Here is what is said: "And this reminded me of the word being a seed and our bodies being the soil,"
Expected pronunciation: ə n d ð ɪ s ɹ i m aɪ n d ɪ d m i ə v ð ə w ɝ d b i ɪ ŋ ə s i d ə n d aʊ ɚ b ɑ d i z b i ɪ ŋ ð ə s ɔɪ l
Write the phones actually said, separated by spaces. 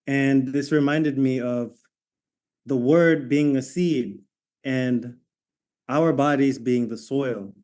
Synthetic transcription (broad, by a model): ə n ð ɪ s ɹ i m aɪ n d ɪ d m i ə v ð ə w ɝ d b i ɪ ŋ ə s i d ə n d aʊ ɚ b ɑ d i z b i ɪ ŋ ð ə s ɔɪ l